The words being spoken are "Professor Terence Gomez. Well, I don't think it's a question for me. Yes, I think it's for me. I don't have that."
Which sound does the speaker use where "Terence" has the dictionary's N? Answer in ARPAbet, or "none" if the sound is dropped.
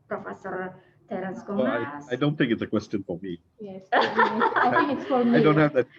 none